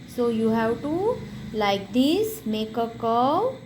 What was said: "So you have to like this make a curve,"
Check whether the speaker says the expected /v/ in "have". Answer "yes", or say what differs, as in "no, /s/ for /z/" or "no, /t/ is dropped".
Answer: no, /w/ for /v/